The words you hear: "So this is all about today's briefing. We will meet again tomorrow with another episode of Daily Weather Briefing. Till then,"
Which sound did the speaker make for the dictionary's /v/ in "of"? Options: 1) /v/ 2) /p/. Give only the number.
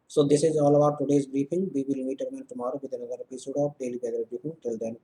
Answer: 2